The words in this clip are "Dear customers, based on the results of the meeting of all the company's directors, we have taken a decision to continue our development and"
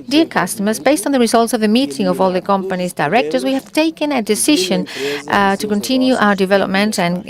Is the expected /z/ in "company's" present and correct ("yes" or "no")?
yes